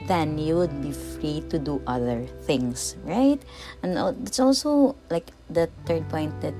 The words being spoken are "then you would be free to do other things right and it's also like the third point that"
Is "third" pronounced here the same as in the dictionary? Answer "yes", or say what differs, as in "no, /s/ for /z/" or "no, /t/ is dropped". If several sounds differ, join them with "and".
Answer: no, /t/ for /θ/